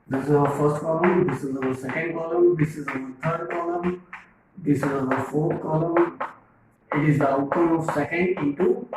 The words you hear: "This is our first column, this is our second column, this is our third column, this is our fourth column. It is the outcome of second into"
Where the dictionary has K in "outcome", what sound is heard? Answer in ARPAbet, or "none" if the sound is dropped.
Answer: none